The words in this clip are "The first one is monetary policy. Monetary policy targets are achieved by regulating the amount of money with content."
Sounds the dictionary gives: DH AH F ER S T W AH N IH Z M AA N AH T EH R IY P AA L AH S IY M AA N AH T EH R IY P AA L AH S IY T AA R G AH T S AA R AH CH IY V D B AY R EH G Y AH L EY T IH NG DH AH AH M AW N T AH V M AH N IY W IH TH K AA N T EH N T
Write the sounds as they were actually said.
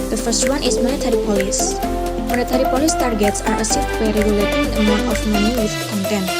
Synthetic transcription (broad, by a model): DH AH F ER S T W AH N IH S M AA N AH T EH R IY P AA L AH S M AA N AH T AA R IY P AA L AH S T AA R G AH T S AA R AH S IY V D B AY R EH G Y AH L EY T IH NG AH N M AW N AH F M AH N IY W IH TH K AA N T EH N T